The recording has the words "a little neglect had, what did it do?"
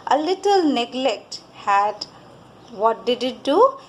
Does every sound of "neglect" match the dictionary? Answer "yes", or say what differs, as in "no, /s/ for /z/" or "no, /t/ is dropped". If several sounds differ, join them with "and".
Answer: yes